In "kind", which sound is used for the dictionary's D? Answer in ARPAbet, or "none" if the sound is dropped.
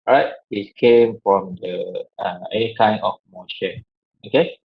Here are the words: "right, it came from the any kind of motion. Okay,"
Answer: none